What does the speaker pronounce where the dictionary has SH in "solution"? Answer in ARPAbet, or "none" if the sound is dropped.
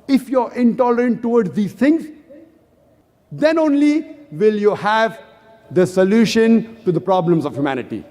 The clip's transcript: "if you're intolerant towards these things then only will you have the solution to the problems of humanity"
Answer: SH